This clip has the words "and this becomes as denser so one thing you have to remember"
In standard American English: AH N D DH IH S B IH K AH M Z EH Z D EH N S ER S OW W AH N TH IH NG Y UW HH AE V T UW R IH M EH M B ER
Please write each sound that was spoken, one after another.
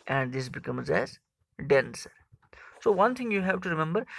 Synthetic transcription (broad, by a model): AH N D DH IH S B IH K AH M Z EH Z D EH N S ER S OW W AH N T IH NG Y UW HH AE V T UW R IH M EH M B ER